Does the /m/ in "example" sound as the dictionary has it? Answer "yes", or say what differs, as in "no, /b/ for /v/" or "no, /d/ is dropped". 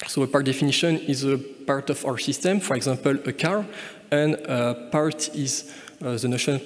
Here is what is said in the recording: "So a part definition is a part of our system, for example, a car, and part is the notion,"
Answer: no, /m/ is dropped